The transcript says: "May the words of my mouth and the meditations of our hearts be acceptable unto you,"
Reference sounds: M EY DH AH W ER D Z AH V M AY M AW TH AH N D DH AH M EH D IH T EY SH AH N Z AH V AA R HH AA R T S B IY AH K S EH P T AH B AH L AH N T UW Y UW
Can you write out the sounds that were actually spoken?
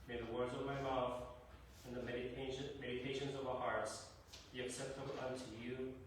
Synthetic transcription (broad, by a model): M EY DH AH W ER D Z AH V M AY M AW TH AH N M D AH M EH D IH T EY SH AH N Z AH V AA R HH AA R T S B IY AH K S EH P T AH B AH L AH N T UW Y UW